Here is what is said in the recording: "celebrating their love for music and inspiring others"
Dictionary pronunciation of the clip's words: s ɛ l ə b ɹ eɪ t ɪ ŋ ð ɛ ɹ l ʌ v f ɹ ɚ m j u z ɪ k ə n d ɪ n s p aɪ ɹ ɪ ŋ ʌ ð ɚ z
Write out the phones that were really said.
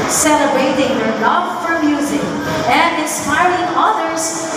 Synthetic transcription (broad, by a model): s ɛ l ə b eɪ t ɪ ŋ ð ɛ ɹ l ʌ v f ɹ ɚ m j u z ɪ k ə n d ɪ n s p aɪ ɹ ɪ ŋ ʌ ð ɚ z